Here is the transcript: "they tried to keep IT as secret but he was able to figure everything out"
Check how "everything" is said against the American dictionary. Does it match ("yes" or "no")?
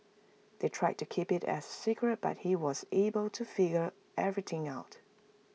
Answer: yes